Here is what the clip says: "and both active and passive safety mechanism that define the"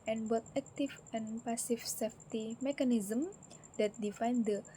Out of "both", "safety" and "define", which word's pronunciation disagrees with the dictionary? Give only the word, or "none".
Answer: both